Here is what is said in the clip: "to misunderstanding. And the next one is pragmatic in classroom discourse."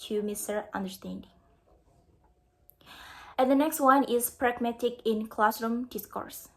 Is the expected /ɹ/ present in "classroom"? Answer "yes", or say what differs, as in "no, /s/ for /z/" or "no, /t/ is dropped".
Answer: yes